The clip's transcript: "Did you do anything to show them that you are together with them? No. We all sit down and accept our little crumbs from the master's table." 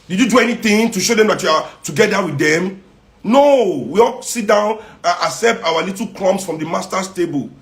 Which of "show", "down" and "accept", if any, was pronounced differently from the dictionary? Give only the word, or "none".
accept